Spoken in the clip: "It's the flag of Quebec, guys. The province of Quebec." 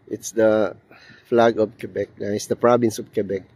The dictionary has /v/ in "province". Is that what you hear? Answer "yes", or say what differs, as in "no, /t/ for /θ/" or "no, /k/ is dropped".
no, /b/ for /v/